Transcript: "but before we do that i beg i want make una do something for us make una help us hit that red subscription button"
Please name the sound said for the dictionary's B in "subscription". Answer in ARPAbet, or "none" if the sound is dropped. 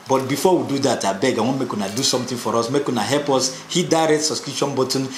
none